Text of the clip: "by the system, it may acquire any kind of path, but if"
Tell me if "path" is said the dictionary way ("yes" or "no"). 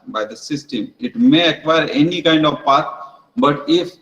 no